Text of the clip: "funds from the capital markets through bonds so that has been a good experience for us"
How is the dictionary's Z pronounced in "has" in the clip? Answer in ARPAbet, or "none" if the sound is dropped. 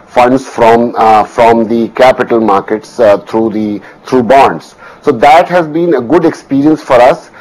Z